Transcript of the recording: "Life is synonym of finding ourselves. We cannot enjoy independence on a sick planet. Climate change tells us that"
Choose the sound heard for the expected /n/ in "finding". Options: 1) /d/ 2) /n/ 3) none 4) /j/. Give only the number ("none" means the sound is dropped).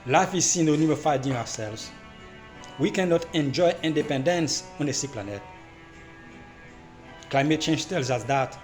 3